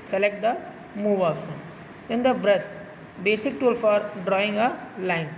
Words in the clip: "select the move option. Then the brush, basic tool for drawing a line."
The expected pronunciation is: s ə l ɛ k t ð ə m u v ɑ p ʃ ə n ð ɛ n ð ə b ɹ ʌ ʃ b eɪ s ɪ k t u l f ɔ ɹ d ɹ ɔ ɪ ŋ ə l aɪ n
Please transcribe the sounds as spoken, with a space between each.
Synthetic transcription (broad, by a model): s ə l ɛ k t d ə m u v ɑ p s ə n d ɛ n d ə b ɹ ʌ s b eɪ s ɪ k t u l f ɔ ɹ d ɹ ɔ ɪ ŋ ə l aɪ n